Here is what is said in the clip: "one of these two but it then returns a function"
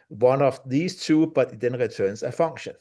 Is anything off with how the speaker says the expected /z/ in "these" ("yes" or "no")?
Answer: yes